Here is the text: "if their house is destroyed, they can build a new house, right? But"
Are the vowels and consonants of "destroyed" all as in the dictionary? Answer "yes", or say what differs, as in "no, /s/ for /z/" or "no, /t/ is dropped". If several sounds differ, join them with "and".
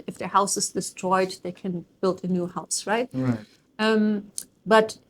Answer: yes